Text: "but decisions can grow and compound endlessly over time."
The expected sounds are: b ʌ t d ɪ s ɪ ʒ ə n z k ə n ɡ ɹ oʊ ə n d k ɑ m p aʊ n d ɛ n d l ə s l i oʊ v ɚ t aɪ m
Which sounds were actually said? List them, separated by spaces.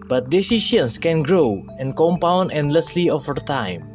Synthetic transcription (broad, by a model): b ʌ t d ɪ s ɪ ʃ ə n s k ə n ɡ ɹ oʊ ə n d k ɑ m p aʊ n d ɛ n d l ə s l i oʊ f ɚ t aɪ m